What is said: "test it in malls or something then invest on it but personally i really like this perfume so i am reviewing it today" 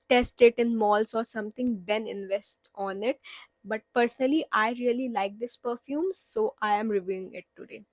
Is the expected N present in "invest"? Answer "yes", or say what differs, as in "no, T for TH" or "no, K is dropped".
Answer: yes